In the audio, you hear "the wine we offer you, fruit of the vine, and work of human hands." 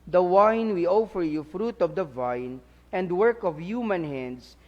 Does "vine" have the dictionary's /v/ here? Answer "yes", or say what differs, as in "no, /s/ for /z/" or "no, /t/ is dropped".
yes